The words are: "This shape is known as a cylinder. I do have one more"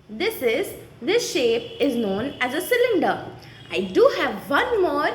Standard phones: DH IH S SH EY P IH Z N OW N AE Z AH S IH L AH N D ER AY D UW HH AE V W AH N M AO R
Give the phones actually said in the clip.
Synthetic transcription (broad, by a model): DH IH S SH EY P IH Z N OW N AE Z AH S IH L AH N D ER AY D UW HH AE V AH N M AO R